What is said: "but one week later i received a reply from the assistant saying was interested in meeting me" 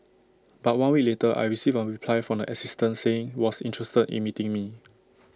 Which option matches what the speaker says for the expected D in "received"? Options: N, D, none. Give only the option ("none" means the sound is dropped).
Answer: none